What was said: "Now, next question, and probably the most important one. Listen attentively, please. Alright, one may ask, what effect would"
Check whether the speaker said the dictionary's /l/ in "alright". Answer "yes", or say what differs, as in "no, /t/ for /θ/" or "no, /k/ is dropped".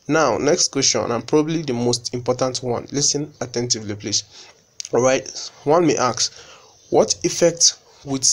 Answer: no, /l/ is dropped